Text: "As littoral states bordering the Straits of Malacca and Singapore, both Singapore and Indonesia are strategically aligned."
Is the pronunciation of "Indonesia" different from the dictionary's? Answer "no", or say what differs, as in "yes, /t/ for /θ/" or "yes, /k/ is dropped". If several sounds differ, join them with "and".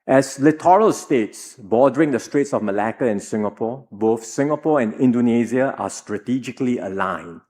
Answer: yes, /z/ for /ʒ/